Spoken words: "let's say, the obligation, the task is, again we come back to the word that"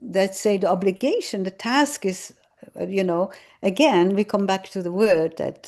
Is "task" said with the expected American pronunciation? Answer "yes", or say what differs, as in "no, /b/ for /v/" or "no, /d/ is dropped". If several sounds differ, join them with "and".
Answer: yes